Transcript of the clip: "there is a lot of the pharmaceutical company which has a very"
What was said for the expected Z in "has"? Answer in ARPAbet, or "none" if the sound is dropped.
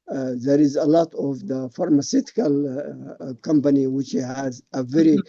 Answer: Z